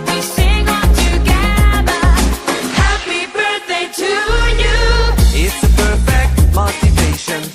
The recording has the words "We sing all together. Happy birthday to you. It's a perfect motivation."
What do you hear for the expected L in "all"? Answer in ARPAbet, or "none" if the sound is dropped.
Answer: N